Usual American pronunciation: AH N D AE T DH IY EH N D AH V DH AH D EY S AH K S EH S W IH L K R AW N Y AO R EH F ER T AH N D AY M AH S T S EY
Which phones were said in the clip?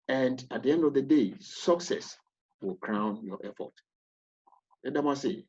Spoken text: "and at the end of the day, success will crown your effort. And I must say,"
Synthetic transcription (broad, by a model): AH N D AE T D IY EH N D AH V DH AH D EY S AH K S EH S W IH L K R AW N Y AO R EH F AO T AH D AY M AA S S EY